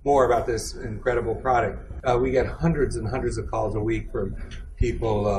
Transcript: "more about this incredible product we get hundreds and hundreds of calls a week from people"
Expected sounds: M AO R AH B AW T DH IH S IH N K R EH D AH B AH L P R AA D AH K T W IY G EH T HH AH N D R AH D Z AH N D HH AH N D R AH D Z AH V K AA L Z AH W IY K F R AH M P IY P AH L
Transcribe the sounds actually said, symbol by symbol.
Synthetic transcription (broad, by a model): M AO R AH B AW T DH IH S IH N K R EH D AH B L P R AA D AH K T W IY G EH T HH AH N D R AH D Z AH N HH AH N D R AH D Z AH V K AA L Z AH W IY K F R AH M P IY P L